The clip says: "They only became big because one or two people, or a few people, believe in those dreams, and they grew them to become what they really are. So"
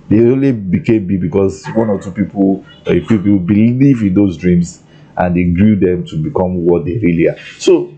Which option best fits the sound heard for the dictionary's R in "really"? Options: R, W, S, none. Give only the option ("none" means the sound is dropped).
R